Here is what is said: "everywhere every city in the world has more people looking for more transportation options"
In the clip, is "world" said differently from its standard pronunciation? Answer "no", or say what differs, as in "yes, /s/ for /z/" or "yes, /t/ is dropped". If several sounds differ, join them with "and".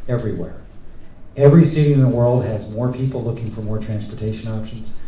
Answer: no